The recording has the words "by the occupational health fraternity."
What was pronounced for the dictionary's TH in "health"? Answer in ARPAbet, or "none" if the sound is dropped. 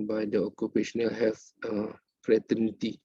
F